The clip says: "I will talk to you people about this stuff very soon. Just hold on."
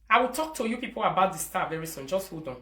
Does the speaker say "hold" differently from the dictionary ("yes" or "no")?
yes